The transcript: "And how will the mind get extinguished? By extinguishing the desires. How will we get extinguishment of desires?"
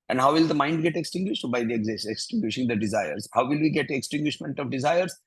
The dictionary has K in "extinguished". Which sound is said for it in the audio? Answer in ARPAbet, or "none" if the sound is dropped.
K